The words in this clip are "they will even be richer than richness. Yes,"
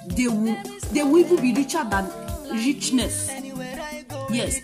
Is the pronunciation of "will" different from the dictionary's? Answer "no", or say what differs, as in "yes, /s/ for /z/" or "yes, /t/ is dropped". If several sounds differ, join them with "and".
yes, /w/ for /l/